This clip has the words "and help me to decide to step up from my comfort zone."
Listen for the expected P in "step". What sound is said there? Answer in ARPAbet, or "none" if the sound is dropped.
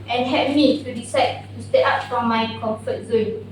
none